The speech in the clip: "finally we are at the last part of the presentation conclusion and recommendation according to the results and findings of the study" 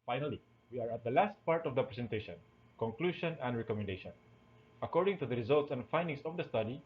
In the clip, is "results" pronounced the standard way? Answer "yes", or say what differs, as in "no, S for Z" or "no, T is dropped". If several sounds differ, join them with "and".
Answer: yes